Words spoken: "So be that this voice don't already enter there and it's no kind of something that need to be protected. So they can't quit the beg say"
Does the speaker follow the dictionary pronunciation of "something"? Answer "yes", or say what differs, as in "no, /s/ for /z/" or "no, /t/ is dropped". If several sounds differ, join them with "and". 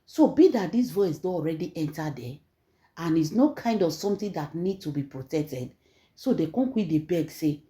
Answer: no, /t/ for /θ/